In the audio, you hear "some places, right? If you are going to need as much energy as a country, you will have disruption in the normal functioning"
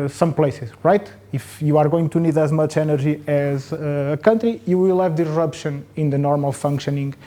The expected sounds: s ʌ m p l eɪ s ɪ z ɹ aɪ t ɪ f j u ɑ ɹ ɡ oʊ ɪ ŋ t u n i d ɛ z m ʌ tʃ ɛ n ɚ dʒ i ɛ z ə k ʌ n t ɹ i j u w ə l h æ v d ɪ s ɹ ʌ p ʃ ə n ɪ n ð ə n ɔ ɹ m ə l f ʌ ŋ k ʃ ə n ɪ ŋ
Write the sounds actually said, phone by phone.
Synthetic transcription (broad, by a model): s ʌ m p l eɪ s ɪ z ɹ aɪ t ɪ f j u ɑ ɹ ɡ oʊ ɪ ŋ t u n i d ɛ z m ʌ tʃ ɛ n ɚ ʒ i ɛ z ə k ʌ n t ɹ i j u w ə l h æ v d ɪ ɹ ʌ p ʃ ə n ɪ n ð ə n ɔ ɹ m ə l f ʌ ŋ k ʃ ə n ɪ ŋ